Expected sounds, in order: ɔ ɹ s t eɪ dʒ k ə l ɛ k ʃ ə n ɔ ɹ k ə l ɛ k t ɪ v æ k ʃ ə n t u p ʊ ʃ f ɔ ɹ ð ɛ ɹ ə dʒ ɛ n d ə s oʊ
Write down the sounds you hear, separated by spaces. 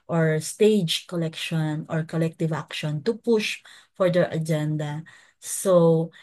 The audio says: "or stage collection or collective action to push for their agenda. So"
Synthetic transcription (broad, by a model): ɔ ɹ s t eɪ dʒ k ə l ɛ k ʃ ə n ɔ ɹ k ə l ɛ k t ɪ v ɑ k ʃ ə n t u p ʊ ʃ f ɔ ɹ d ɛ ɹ ə dʒ ɛ n d ə s oʊ